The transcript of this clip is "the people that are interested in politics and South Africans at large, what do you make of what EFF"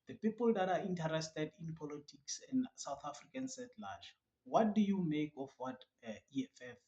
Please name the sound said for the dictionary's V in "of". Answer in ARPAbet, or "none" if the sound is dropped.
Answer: F